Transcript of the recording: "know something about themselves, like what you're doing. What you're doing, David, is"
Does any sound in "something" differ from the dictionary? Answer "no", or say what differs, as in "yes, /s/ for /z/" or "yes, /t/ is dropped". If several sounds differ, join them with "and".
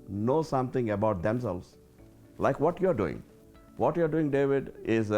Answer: yes, /t/ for /θ/